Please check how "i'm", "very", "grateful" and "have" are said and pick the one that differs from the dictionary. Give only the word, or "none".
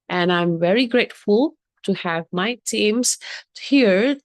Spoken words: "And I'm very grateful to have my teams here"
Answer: none